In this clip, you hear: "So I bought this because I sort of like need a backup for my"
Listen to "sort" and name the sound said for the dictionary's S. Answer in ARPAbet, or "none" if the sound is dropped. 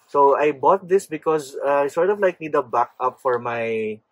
S